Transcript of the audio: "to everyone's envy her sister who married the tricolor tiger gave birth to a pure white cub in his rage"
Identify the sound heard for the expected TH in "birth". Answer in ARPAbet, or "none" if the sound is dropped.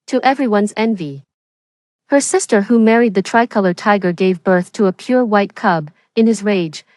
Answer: TH